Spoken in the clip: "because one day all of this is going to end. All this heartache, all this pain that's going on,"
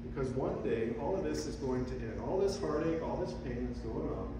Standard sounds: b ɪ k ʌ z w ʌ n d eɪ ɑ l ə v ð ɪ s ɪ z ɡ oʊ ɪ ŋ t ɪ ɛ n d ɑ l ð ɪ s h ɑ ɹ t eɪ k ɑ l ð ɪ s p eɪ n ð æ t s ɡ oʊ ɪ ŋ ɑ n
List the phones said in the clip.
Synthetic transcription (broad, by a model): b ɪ k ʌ z w ʌ n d eɪ ɑ l ə v ð ɪ s ɪ z ɡ oʊ ɪ ŋ t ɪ ɛ n d ɑ l ð ɪ s h ɑ ɹ t eɪ k ɑ l ð ɪ s p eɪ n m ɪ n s ɡ oʊ ɪ ŋ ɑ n